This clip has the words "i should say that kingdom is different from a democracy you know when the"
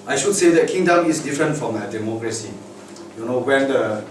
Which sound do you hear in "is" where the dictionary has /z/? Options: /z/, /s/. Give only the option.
/s/